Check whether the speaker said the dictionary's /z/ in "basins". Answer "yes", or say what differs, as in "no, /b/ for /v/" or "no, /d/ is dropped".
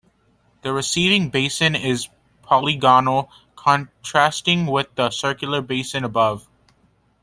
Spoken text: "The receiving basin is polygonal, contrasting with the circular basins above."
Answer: no, /z/ is dropped